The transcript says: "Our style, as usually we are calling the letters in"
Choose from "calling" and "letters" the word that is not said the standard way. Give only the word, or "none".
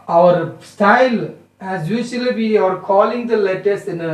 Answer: letters